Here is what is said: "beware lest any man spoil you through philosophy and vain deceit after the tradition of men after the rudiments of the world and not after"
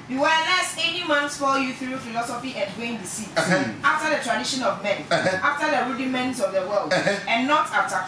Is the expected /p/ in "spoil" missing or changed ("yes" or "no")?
yes